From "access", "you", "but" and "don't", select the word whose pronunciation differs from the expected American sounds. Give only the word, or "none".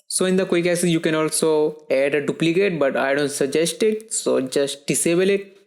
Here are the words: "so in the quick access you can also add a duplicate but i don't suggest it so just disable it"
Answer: access